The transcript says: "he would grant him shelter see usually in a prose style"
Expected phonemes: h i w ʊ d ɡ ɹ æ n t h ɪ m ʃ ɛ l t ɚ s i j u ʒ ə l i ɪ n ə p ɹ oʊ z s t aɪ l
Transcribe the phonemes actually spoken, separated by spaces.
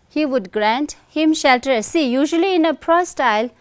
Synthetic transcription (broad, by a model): h i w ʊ d ɡ ɹ æ n t h ɪ m ʃ ɛ l t ɚ s i j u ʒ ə l i ɪ n ə p ɹ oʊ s t aɪ l